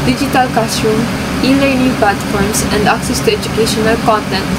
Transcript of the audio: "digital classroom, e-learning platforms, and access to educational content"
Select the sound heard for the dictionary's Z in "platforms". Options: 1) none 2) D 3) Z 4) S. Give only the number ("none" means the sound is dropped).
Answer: 4